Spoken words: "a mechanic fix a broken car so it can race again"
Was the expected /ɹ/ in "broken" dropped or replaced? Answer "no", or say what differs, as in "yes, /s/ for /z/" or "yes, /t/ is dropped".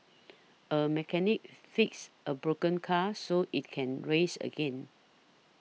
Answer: no